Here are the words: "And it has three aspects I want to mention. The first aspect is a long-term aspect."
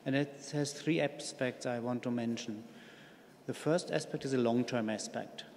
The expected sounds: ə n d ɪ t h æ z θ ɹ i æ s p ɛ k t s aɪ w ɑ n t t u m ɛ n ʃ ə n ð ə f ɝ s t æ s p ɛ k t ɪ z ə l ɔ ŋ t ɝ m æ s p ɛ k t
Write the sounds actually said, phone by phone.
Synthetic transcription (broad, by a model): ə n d ɪ t h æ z θ ɹ i æ s p ɛ k t s aɪ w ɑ n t t u m ɛ n ʃ ə n ð ə f ɝ s t æ s p ɛ k t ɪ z ə l ɔ ŋ t ɝ m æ s p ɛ k t